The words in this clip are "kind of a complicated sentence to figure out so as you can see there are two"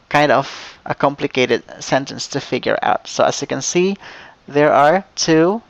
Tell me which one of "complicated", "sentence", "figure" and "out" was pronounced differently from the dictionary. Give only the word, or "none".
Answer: none